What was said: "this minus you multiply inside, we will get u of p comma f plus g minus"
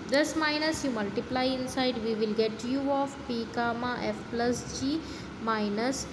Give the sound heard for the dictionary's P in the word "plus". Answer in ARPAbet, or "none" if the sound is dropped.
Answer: P